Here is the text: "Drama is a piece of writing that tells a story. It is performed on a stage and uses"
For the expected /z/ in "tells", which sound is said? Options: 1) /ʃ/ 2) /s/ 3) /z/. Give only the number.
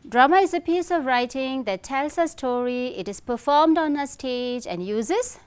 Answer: 2